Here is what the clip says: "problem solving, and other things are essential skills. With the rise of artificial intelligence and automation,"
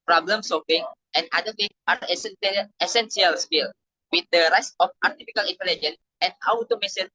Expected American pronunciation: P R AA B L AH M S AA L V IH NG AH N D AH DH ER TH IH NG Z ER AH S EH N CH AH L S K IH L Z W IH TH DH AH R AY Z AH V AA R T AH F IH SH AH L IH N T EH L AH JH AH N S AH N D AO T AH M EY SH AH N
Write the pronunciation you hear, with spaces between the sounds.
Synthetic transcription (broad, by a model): P R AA B L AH M S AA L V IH NG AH N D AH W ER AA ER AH S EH N S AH L S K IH L W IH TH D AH R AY S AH F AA R T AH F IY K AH L IH N T EH L AH JH AH N S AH N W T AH M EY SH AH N